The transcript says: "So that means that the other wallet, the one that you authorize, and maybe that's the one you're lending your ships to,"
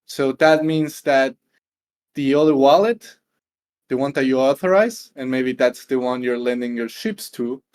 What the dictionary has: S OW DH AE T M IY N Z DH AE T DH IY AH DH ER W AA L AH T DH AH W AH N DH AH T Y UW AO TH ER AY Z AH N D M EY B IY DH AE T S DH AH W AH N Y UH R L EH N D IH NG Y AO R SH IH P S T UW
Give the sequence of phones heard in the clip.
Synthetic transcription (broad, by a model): S OW DH AE T M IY N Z DH AE T DH IY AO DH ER W AA L AH T DH AH W AH N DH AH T Y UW AO TH ER AY Z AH N M EY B IY DH AE T S DH AH W AH N Y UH R L EH N D IH NG Y AO R SH IH P S T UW